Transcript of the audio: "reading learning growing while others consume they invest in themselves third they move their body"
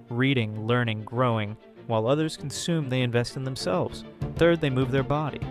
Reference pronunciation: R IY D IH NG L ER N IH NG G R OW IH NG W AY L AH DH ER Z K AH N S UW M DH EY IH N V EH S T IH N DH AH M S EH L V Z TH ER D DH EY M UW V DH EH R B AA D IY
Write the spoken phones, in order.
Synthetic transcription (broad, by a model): R IY D IH NG L ER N IH NG G R OW IH NG W AY L AH DH ER Z K N S UW M DH EY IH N V EH S T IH N DH AH M S EH L V Z TH ER D DH EY M UW V DH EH R B AA D IY